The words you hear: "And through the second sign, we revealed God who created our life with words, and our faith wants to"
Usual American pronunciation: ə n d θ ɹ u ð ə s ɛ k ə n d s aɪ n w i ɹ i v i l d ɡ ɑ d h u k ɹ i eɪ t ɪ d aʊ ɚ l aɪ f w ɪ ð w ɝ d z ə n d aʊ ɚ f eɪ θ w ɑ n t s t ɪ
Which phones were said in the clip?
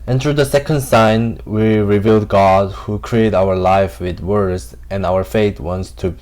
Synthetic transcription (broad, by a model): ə n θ ɹ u ð ə s ɛ k ə n d s aɪ n w i ɹ i v i l d ɡ ɑ d h u k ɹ i eɪ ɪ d aʊ ɚ l aɪ f w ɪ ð w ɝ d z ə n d aʊ ɚ f eɪ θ w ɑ n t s t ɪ